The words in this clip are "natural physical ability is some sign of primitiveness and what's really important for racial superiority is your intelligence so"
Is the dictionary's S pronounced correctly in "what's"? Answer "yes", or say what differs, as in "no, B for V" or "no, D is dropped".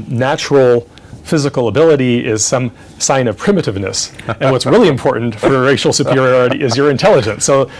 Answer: yes